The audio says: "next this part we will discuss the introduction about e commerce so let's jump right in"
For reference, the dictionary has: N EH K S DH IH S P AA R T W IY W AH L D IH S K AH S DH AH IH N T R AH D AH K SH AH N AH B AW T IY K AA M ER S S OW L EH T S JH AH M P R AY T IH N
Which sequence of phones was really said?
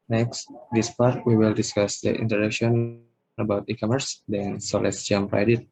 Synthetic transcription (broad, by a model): N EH K S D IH S P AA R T W IY W AH L D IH S K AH S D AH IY N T AH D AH K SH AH N AH B AW T IY K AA M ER S S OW L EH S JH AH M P R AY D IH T